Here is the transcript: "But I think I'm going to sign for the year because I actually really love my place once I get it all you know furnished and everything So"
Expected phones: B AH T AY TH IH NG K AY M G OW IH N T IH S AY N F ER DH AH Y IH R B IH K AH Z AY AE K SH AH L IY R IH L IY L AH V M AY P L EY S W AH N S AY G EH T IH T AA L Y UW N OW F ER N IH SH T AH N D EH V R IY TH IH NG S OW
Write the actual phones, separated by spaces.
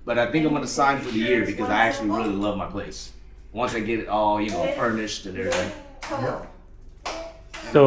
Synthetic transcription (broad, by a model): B AH T AY TH IH NG K AY M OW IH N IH S AY N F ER DH AH Y IH R B IH K AH Z AY AE K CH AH L IY R IH L IY L AH V M AY P L EY S W AH N S AY G EH T IH T AA L Y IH N OW F ER N IH SH T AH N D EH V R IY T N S OW